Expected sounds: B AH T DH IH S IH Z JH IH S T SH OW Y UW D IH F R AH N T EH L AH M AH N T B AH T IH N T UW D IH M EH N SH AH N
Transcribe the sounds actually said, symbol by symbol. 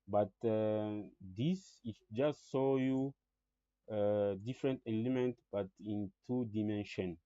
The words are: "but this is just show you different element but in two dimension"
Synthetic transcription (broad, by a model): B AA T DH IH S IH JH IH S T S OW Y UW D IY F R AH N T EH L AH M AH N T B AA T IH N T UW D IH M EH N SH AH N